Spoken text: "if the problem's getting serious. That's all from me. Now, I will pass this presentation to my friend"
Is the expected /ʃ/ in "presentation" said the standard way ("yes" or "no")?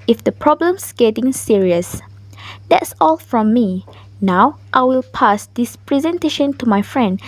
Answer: yes